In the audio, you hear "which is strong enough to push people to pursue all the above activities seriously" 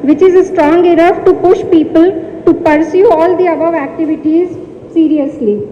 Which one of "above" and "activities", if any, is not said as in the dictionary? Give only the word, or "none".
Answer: none